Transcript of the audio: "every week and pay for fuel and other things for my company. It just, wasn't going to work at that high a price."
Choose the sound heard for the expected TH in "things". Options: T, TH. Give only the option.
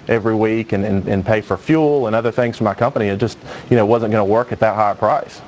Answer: TH